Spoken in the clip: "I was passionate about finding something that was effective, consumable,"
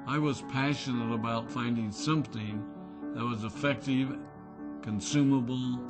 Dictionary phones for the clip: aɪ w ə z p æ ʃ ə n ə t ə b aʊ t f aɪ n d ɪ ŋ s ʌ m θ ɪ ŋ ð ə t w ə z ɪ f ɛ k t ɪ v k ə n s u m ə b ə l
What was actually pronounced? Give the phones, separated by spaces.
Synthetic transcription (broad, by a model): aɪ w ə z p æ ʃ ə n ə t ə b aʊ t f aɪ n d ɪ ŋ s ʌ m θ ɪ ŋ ð ə t w ə z ɪ f ɛ k t ɪ v k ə n s u m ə b l